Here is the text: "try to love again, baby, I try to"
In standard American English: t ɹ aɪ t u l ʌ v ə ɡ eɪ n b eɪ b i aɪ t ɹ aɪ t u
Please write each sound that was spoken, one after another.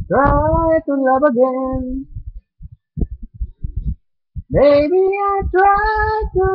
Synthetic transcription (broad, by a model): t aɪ t u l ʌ b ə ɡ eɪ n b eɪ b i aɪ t w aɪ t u